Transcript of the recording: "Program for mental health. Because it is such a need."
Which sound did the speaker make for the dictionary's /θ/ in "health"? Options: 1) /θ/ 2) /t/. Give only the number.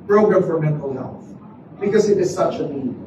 1